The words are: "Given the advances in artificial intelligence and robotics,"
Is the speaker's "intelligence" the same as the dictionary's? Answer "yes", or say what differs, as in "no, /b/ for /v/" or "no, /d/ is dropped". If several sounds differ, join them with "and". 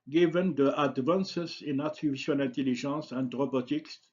no, /ʒ/ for /dʒ/